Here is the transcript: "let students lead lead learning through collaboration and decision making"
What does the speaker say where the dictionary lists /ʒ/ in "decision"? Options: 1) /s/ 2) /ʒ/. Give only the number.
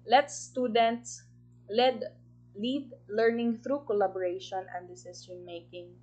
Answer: 1